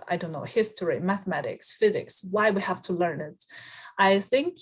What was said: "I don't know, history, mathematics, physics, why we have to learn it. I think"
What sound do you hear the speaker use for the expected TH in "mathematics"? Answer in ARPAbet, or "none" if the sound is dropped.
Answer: TH